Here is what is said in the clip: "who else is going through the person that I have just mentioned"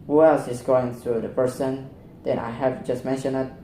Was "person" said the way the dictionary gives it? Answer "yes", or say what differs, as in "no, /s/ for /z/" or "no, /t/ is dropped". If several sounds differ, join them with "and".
yes